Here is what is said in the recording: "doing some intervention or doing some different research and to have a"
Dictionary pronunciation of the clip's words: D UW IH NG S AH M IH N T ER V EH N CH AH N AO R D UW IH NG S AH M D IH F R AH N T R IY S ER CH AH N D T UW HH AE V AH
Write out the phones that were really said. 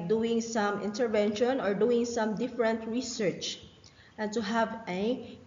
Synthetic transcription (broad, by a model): D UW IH NG S AH M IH N T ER V EH N SH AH N AO R D UW IH NG S AH M D IH F R AH N T R IY S ER CH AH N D T UW HH AE V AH